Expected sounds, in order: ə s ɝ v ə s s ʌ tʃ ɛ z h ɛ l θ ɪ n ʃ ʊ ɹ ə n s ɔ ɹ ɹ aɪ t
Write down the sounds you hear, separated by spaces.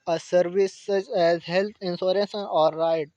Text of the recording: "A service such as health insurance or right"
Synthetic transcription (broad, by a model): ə s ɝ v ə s s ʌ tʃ ɛ z h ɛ l t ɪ n s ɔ ɹ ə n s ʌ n ɹ aɪ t